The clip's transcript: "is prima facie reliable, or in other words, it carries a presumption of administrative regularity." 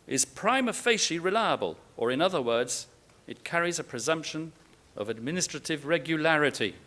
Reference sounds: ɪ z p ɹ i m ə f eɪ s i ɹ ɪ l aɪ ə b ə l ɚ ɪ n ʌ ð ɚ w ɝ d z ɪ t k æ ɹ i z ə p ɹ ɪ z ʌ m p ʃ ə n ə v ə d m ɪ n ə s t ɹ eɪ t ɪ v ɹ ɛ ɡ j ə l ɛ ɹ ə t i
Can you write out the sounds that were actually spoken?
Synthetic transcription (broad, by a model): ɪ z p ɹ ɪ m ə f eɪ ʃ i ɹ ɪ l aɪ ə b ə l ɚ ɪ n ʌ ð ɚ w ɝ d z ɪ t k æ ɹ i z ə p ɹ ɪ z ʌ m p ʃ ə n ə v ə d m ɪ n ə s t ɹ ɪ t ɪ v ɹ ɛ ɡ j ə l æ ɹ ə t i